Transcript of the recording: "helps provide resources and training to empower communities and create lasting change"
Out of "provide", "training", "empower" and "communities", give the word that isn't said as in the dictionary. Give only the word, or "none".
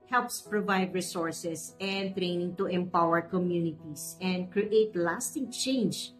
communities